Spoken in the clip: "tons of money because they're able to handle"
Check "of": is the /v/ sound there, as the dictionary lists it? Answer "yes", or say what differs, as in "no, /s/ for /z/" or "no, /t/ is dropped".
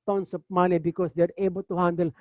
no, /p/ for /v/